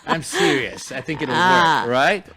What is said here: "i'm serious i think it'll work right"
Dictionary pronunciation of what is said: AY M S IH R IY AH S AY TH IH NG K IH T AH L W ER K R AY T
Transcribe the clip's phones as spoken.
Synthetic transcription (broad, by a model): AY M S IH R IY AH S AY TH IH NG K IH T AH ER R AY T